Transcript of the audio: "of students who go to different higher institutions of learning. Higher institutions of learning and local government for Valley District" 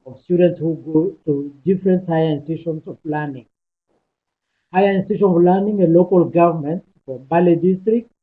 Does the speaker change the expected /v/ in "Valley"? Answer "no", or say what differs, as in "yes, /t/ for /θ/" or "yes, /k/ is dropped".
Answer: yes, /b/ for /v/